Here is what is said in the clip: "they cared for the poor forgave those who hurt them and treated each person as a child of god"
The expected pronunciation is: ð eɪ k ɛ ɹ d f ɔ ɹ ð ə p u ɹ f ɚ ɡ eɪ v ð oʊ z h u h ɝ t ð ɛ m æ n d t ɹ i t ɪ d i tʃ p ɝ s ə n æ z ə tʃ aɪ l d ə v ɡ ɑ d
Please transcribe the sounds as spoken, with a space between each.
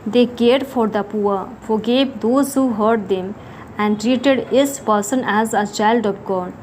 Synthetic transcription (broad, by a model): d eɪ k ɛ ɹ d f ɔ ɹ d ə p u ɹ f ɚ ɡ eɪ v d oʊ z h u h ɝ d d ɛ m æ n d t ɹ i t ɪ d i s p ɝ s ə n æ z ə tʃ aɪ l d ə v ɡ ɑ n